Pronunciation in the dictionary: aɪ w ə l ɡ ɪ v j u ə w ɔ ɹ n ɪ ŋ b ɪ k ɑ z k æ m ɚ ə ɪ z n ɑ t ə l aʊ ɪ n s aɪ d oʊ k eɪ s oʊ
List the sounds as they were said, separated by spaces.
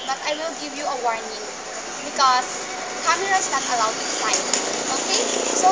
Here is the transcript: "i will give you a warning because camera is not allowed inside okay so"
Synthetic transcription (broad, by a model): aɪ w ə l ɡ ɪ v j u ə w ɔ ɹ n ɪ ŋ b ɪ k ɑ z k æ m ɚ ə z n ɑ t ə l aʊ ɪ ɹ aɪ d oʊ k eɪ s oʊ